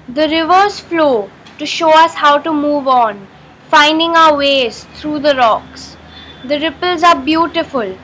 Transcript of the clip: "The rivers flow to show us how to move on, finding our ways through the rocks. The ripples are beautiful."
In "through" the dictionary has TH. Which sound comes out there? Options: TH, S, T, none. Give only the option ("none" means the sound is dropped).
T